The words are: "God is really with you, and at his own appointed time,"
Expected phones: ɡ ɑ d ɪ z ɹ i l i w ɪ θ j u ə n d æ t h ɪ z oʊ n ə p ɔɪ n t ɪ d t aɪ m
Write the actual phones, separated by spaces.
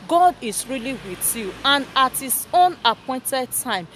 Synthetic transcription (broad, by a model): ɡ ɑ d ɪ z ɹ i l i w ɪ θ j u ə n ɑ t h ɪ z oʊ n ə p ɔɪ n t ɪ d t aɪ m